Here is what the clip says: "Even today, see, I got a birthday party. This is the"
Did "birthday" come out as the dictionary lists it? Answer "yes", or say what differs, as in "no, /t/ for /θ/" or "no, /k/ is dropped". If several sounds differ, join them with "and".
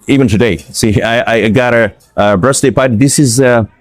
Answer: no, /s/ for /θ/